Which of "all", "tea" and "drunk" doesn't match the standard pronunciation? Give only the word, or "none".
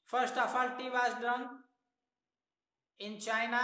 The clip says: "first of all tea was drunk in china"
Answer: drunk